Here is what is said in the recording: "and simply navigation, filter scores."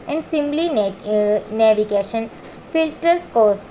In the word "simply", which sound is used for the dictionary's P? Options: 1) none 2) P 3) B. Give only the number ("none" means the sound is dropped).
3